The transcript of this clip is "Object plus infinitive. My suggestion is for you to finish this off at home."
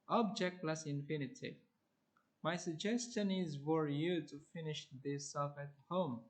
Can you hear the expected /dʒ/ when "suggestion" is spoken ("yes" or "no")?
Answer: yes